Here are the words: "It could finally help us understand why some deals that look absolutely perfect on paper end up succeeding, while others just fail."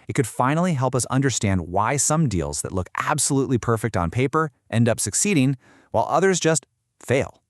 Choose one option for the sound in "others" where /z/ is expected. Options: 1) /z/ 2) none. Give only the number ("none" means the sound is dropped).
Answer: 1